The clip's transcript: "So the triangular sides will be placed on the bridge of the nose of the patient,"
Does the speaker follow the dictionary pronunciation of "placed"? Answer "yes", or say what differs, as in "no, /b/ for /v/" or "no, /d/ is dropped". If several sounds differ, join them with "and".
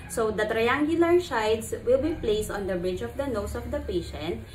yes